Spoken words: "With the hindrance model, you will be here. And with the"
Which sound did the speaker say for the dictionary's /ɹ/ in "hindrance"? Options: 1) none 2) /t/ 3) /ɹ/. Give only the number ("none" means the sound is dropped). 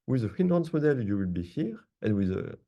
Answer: 1